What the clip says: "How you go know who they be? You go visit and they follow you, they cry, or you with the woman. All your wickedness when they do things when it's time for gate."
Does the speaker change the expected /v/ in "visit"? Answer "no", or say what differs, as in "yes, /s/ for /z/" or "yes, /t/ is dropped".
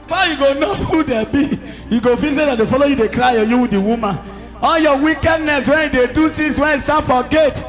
yes, /f/ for /v/